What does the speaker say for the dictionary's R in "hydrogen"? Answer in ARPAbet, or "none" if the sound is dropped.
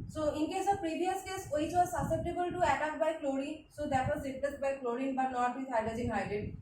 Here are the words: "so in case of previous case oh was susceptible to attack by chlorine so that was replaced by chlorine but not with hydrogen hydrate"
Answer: none